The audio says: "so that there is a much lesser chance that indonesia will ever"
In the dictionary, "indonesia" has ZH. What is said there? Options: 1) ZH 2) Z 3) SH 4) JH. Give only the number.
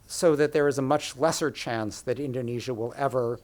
1